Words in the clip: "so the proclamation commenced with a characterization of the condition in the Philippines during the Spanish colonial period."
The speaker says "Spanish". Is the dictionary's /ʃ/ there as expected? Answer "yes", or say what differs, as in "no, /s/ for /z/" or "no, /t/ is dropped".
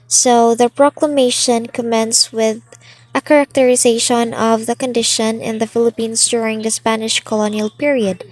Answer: yes